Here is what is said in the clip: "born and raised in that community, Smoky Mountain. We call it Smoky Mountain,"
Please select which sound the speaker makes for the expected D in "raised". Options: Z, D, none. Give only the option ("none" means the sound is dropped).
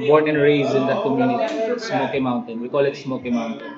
none